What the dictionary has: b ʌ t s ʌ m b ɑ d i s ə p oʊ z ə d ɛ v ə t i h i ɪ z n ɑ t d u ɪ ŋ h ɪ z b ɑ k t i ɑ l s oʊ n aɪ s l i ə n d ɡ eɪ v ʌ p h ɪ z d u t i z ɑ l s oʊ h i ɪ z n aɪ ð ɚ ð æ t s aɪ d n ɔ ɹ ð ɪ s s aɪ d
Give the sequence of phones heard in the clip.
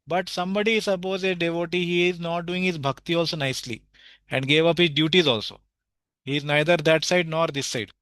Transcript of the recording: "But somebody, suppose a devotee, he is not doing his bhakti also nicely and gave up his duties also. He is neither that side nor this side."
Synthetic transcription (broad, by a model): b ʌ t s ʌ m b ɑ d i s ə p oʊ z ə d ɛ v ə t i h i ɪ z n ɑ t d u ɪ ŋ h ɪ z b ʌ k t i ɑ l s oʊ n aɪ s l i ə n d ɡ eɪ v ʌ p h ɪ z d u t i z ɑ l s oʊ h i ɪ z n aɪ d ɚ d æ t s aɪ d n ɔ ɹ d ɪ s s aɪ d